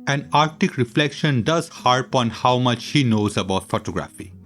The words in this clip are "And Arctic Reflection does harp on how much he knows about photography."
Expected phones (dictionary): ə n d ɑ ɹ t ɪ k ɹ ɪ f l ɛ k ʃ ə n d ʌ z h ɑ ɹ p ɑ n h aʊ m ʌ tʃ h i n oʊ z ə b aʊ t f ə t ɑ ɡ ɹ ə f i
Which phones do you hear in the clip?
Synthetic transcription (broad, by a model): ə n ɑ ɹ t ɪ k ɹ ɪ f l ɛ k ʃ ə n d ʌ z h ɑ ɹ p ɑ n h aʊ m ʌ tʃ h i n oʊ z ə b aʊ t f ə t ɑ ɡ ɹ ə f i